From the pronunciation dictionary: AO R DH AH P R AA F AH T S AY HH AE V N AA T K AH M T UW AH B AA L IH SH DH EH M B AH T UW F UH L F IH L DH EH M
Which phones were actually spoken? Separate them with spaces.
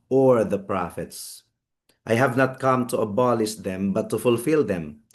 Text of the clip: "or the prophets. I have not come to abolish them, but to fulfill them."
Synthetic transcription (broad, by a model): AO R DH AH P R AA F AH T S AY HH AE V N AA T K AH M T UW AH B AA L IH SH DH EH M B AH T UW F UH L F IH L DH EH M